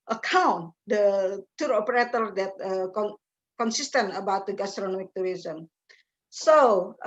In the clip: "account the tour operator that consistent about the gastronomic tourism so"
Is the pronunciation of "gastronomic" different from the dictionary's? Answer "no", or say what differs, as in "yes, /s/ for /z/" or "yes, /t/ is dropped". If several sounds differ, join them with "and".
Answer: no